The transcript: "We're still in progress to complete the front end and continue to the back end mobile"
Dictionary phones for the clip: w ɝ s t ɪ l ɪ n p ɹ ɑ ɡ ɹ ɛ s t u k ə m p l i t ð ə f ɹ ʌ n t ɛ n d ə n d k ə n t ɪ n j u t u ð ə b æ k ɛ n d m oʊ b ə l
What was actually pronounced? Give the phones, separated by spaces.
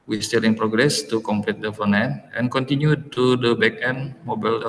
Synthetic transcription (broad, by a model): w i s t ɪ l ɪ n p ɹ ɑ ɡ ɹ ɛ s t u k ə m p l i t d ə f ʌ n ɛ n ə n k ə n t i n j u t u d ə b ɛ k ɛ n m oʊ b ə l